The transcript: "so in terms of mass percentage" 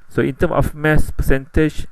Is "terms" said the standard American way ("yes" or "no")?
no